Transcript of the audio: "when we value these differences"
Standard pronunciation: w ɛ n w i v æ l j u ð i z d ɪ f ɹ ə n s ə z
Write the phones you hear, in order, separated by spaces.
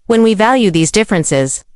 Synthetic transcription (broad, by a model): w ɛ n w i v æ l j u ð i z d ɪ f ɹ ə n s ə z